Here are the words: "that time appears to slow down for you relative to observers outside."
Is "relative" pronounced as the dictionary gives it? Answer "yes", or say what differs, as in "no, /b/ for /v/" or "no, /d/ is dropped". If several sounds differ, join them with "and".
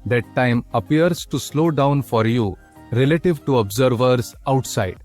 yes